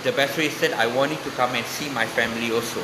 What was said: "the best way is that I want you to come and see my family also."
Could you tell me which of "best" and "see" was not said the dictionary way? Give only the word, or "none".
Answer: best